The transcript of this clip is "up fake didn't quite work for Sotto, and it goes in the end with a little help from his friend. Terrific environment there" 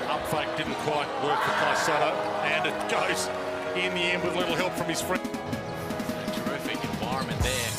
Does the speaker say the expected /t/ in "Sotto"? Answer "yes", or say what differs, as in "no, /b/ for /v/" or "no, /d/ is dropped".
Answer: no, /s/ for /t/